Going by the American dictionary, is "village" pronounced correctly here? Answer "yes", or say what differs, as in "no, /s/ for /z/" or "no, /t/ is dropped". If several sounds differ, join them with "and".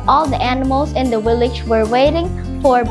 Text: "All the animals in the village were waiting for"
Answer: no, /w/ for /v/